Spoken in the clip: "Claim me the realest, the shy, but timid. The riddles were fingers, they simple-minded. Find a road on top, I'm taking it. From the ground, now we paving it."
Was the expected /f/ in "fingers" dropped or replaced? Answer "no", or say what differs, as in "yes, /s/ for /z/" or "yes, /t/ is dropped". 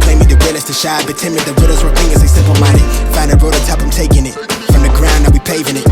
yes, /p/ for /f/